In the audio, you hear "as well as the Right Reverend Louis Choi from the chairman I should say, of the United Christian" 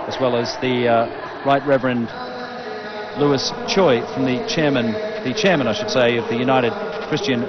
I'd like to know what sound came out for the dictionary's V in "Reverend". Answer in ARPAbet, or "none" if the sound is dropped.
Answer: V